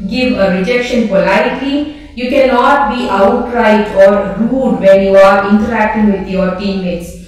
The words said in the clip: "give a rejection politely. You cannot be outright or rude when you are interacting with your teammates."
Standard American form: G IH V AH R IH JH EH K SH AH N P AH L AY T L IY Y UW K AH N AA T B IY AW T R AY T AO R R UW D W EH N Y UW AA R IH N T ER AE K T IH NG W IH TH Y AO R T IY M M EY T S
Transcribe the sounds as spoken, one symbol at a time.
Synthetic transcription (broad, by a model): G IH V AH R IH JH EH K SH AH N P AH L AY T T IY Y UW K AH N AA T B IY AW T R AY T AO R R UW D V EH N Y UW AA R IH N T ER AE K T IH NG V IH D Y AO R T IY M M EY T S